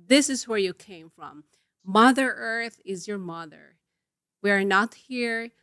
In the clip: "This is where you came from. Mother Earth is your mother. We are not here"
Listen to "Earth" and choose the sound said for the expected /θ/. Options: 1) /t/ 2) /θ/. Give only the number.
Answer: 2